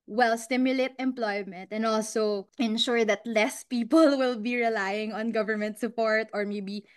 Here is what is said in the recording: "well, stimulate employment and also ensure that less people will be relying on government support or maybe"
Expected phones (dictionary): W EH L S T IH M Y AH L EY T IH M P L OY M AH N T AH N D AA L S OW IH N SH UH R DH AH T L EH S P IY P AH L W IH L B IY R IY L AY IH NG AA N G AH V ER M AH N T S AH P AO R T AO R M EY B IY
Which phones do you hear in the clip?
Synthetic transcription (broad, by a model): W EH L S T IH M Y AH L EY T IH M P L OY M AH N T AH N D AA L S OW IH N SH UH R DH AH T L EH S P IY P AH L W IH L B IY R IY L AY IH NG AA N G AH V ER M AH N T S AH P AO R T AO R M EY B IY